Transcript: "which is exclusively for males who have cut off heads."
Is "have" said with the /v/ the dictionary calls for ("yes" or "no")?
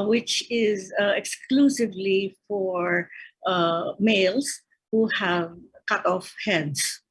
yes